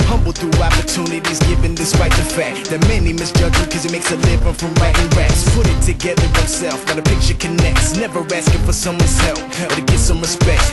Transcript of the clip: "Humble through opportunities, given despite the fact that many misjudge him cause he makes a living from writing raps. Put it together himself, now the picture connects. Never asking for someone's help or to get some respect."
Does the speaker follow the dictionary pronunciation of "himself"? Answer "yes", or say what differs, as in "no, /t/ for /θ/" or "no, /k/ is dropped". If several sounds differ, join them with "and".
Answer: no, /m/ is dropped